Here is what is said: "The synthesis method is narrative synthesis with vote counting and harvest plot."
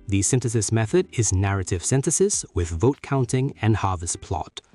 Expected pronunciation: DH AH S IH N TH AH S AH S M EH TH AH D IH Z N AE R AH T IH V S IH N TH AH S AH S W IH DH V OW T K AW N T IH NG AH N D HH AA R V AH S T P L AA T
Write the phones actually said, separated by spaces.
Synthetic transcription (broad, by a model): DH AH S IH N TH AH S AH S M EH TH AH D IH Z N AE R AH T IH V S IH N TH AH S AH S W IH DH V OW T K AW N T IH NG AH N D HH AA R V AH S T P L AA T